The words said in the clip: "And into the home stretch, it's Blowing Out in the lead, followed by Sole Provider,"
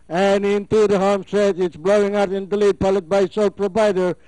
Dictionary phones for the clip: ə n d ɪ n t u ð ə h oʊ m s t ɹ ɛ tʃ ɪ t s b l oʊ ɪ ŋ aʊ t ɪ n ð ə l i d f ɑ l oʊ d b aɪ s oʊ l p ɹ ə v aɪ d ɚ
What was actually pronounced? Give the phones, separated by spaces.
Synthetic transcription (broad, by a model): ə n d ɪ n t u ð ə h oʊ m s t ɹ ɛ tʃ ɪ t s b l oʊ ɪ ŋ aʊ t ɪ n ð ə l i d p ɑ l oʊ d b aɪ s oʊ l p ɹ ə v aɪ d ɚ